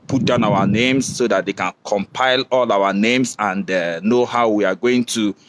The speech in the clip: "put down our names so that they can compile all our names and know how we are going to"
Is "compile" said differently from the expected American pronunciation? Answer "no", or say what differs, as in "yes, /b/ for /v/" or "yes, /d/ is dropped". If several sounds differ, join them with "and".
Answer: no